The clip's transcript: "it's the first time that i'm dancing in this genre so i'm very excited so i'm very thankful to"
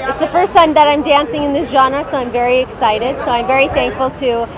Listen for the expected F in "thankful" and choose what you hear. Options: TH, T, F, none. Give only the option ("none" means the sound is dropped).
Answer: F